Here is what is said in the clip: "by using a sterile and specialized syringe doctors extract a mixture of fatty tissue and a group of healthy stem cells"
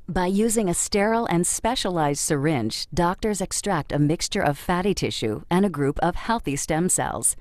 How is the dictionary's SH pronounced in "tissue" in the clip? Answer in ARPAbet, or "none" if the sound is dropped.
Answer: SH